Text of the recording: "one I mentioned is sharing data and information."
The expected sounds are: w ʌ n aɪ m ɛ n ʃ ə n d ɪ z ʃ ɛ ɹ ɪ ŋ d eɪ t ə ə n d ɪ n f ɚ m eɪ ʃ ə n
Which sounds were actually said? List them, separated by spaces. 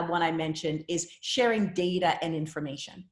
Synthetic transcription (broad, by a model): w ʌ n aɪ m ɛ n ʃ ə n d ɪ z ʃ ɛ ɹ ɪ ŋ d eɪ t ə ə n ɪ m f ɚ m eɪ ʃ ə n